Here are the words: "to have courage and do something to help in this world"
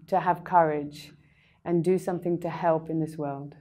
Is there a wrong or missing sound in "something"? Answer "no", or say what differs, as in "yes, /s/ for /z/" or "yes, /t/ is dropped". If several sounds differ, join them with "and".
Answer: no